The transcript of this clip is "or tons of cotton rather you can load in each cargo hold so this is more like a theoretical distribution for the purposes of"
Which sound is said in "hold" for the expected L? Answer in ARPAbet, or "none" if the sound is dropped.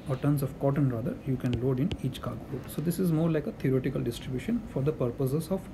none